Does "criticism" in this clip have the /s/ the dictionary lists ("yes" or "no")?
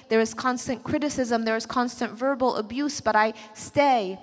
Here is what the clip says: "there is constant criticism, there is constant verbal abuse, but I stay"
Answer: yes